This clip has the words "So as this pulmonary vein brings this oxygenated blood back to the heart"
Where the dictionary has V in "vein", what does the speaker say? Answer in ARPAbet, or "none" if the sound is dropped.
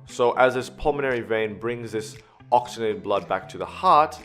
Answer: V